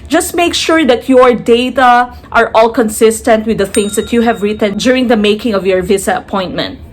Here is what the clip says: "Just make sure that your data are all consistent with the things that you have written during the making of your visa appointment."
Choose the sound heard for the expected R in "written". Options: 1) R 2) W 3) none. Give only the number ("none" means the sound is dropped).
1